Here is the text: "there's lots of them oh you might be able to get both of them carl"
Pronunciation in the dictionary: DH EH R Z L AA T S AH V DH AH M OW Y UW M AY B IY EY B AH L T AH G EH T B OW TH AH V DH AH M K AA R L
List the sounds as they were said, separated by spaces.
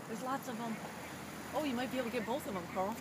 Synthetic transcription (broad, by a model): DH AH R Z L AA T S AH V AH M OW Y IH M AY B IY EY AH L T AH G EH T B OW TH AH V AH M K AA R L